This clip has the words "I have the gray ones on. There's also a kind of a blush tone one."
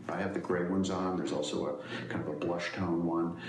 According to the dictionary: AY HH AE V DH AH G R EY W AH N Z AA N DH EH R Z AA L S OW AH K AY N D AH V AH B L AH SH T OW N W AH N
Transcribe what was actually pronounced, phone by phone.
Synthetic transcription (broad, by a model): AY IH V DH AH G R EY W AH N Z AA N DH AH R Z AA L S OW AH K AY N D AH V AH B L AH SH T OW N W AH N